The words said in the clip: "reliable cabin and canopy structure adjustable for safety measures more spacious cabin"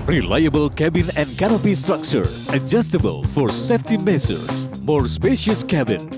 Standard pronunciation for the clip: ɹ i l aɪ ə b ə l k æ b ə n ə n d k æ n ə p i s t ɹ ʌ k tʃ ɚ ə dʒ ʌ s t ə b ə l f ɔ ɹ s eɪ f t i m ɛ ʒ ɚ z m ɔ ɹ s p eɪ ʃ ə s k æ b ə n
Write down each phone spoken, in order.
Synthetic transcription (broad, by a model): ɹ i l aɪ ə b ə l k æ b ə n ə n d k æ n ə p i s t ɹ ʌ k tʃ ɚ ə dʒ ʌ s t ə b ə l f ɔ ɹ s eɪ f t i m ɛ s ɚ s m ɔ ɹ s p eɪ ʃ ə s k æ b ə n